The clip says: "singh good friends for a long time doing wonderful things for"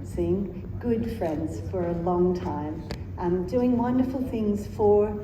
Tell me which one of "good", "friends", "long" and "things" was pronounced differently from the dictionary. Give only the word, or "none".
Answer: none